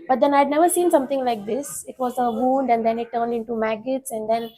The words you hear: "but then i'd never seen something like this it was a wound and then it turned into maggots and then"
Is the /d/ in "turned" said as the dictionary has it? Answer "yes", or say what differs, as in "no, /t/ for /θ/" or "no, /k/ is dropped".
yes